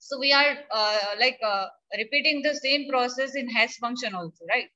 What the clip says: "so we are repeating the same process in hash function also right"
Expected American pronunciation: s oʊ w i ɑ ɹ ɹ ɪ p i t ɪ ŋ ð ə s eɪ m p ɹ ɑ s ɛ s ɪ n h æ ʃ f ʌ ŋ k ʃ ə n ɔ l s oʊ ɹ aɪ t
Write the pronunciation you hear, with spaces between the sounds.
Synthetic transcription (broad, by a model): s oʊ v i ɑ ɹ ɹ ɪ p i t ɪ ŋ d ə s eɪ m p ɹ ɑ s ɛ s ɪ n h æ s f ʌ ŋ k ʃ ə n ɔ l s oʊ ɹ aɪ t